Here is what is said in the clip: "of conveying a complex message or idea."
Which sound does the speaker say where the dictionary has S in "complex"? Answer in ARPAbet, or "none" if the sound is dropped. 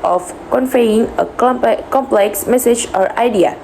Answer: S